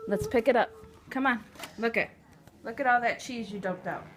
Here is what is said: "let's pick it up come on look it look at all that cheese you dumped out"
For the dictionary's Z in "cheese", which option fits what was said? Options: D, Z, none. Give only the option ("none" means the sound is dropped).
Z